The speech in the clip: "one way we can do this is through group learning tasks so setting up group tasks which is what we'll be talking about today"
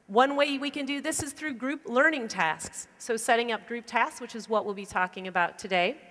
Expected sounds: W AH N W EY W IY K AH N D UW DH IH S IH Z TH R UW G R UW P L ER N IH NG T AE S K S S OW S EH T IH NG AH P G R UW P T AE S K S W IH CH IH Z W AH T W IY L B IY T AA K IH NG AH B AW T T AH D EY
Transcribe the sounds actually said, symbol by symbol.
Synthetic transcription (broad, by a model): W AH N W EY W IY K AH N D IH DH IH S IH Z TH R UW G R UW P L ER N IH NG T AE S K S S OW S EH T IH NG AH P G R UW P T AE S K S W IH CH IH Z W AH T W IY L B IY T AA K IH NG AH B AW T T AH D EY